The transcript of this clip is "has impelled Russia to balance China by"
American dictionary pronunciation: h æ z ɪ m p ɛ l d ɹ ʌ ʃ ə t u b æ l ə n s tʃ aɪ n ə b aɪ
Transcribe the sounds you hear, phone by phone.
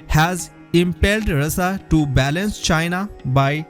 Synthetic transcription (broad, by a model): h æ z ɪ m p ɛ l d ɹ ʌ s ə t u b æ l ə n s tʃ aɪ n ə b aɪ